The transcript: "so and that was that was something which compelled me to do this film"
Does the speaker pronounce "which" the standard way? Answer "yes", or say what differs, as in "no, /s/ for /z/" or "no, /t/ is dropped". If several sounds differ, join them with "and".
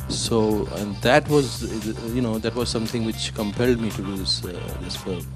yes